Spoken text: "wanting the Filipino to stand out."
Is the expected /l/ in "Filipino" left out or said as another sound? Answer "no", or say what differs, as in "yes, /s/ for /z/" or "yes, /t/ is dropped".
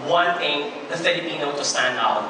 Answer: yes, /l/ is dropped